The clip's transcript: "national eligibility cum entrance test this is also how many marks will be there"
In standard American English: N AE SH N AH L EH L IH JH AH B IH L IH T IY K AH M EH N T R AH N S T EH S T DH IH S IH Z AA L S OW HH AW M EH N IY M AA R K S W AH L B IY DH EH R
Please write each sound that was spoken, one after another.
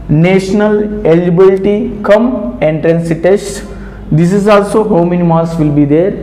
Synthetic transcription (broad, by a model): N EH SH N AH L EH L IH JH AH B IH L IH T IY K AH M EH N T R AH N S T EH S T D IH S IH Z AA L S OW HH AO M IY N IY M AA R S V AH L B IY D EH R